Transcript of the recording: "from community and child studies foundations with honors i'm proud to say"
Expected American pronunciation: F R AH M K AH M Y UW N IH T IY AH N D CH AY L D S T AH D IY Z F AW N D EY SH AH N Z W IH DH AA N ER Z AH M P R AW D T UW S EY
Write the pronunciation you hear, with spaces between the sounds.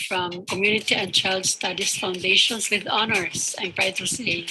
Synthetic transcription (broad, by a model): F R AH M K AH M Y UW N IH T IY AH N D CH AY L D S T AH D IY S F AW N D EY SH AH N S W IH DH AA N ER S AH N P R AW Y T UW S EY